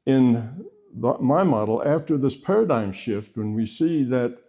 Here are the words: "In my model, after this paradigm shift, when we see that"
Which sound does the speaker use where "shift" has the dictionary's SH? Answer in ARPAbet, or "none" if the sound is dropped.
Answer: SH